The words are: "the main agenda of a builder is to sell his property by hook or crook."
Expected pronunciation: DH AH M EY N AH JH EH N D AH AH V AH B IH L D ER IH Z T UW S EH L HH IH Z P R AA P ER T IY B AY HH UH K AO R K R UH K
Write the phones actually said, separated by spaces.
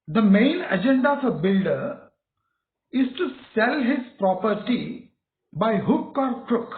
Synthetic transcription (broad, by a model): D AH M EY N AH JH EH N D AH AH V AH B IH L D ER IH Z T UW S EH L HH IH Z P R AA P ER T IY B AY HH UH K AO R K R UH K